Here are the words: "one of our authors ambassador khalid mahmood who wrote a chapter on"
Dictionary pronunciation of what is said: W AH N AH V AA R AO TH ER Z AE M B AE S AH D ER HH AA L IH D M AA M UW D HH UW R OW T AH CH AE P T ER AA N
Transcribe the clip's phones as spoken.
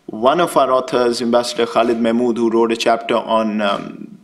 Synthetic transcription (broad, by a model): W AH N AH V AA R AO T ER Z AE M B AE S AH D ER HH AA L IH D M AA M UW D HH UW R OW T AH CH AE P T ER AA N